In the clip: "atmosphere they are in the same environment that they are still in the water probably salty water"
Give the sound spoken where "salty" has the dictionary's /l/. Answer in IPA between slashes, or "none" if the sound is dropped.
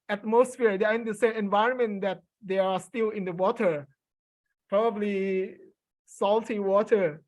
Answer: /l/